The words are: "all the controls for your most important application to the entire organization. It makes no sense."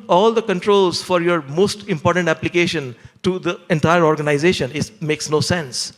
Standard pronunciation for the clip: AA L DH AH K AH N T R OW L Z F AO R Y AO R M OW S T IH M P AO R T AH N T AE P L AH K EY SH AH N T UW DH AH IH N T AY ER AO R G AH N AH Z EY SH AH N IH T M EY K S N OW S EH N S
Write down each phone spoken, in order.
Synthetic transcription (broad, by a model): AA L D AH K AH N T R OW L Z F AO R Y AO R M OW S T IH M P AO R T AH N T AE P L AH K EY SH AH N T UW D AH IH N T AY ER AO R G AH N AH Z EY SH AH N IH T M EY K S N OW S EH N S